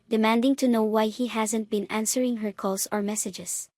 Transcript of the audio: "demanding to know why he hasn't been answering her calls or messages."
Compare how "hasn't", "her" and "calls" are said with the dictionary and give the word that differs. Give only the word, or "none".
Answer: calls